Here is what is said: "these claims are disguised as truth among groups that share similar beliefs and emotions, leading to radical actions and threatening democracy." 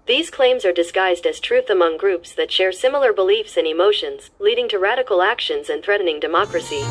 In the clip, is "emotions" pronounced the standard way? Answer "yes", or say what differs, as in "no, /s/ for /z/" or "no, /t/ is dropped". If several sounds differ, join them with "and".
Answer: yes